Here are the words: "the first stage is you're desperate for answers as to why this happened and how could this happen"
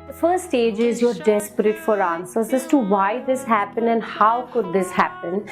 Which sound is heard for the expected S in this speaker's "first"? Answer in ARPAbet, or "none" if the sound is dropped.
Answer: none